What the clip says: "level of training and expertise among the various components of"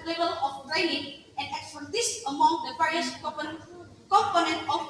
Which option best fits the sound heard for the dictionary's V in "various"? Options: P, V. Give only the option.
P